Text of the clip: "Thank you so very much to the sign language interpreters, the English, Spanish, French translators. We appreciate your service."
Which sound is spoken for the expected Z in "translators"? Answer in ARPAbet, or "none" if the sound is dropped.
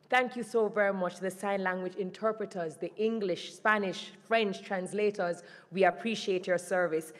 Z